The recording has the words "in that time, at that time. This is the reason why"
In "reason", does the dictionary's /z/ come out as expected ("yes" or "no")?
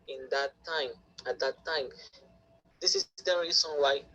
no